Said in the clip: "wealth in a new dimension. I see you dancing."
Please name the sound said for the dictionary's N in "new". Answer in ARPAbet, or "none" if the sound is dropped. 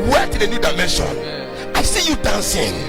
N